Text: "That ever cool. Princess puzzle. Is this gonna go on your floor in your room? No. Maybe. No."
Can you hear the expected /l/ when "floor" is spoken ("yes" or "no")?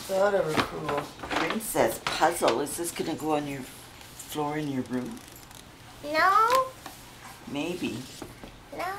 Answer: yes